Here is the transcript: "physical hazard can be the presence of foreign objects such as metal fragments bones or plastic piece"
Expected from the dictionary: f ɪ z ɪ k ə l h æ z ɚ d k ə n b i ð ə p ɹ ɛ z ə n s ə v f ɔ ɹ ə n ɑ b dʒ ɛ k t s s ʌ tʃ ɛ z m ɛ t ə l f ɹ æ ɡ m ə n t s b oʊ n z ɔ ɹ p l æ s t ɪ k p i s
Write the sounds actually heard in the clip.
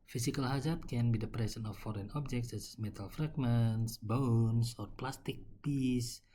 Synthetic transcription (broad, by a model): f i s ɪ k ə l h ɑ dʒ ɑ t k ə n b i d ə p ɹ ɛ s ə n ə f ɔ ɹ ə n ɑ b dʒ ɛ k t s s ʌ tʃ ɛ s m ɛ t ə l f ɹ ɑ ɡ m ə n t s b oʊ n s ɔ ɹ p l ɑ s t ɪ k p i s